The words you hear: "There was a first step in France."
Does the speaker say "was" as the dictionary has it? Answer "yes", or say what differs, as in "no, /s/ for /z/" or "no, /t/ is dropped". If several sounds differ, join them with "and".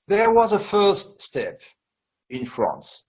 yes